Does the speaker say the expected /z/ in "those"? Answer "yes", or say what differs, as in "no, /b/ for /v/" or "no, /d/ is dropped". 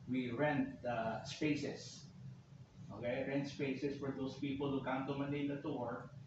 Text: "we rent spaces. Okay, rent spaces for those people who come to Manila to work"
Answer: no, /s/ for /z/